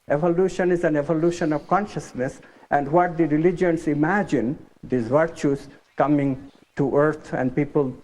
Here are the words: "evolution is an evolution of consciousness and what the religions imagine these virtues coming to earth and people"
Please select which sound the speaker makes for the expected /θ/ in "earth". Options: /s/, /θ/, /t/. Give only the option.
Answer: /t/